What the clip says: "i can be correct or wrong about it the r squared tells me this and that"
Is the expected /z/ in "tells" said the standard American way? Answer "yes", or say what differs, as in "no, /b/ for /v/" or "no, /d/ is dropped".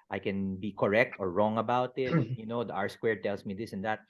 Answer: no, /s/ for /z/